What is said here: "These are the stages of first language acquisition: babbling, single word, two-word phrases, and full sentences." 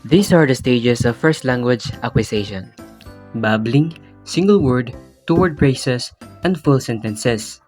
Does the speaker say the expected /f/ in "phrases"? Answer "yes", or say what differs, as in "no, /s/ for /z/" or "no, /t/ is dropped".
no, /p/ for /f/